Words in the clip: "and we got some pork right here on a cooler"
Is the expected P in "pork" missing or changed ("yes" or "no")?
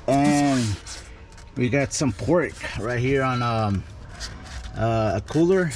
no